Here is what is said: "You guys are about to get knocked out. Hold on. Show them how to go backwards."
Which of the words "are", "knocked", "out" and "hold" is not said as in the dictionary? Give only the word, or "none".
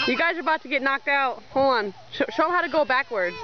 hold